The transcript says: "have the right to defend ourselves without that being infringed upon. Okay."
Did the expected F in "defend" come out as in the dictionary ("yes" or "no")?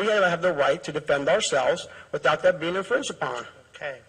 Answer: yes